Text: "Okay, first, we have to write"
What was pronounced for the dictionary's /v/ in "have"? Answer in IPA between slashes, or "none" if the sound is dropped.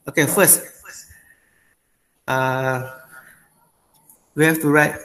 /f/